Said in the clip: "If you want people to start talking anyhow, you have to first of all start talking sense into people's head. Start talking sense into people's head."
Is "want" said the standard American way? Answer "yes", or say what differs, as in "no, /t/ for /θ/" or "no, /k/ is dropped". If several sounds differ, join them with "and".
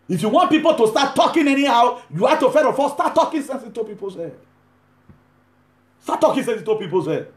yes